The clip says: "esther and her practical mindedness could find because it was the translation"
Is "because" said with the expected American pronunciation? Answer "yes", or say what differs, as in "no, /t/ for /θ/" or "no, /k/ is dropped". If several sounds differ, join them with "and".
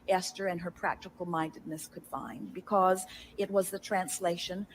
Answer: yes